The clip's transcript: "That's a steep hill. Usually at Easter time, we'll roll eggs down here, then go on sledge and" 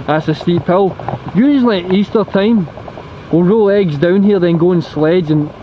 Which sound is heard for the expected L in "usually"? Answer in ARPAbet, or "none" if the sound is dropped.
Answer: N